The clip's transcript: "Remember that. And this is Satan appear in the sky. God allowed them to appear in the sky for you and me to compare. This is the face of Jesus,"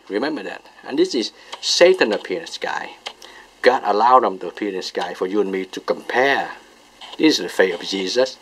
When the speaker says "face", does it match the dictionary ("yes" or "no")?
no